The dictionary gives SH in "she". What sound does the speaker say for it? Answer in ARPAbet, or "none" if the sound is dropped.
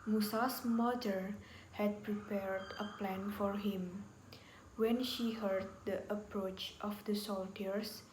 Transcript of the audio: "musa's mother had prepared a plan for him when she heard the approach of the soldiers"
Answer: SH